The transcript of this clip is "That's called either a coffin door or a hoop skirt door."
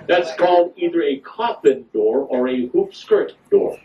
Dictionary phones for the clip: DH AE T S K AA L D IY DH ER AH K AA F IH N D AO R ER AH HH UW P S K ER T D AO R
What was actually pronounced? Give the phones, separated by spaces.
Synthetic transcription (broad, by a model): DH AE T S K AA L D IY DH ER AH K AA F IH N D AO R ER AH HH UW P S K ER T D AO R